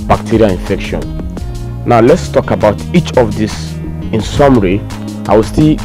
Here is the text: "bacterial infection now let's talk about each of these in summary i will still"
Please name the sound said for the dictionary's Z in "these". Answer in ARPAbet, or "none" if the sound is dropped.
S